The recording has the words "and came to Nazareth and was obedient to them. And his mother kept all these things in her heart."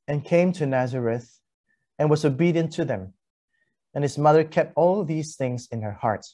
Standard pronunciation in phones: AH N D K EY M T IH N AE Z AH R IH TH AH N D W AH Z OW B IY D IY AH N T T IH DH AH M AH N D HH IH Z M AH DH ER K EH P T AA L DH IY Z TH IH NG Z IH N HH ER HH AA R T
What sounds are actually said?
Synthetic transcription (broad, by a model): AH N K EY M T IH N AE Z AH R IH TH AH N W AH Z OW B IY D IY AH N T T IH DH AH M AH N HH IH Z M AH DH ER K EH P T AA L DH IY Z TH IH NG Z IH N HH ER HH AA R T